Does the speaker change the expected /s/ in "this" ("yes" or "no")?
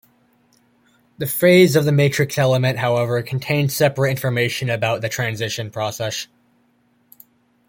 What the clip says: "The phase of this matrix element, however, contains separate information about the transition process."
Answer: yes